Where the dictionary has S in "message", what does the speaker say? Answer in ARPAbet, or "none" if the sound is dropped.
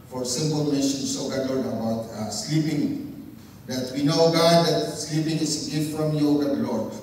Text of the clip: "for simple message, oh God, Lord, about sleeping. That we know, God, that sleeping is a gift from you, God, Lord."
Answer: SH